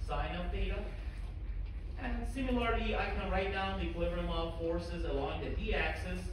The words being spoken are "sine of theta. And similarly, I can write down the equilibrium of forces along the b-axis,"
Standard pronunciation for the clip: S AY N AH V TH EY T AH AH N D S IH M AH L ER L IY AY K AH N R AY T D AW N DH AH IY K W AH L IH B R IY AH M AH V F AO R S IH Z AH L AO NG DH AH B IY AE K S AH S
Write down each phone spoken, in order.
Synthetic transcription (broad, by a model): S AY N AH V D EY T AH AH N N S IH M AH L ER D IY AY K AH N R AY T D AW N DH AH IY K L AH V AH R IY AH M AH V F AO R S IH Z AH L AO NG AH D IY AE K S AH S